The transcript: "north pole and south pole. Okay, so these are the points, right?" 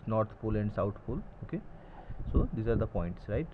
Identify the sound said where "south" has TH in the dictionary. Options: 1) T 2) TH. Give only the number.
1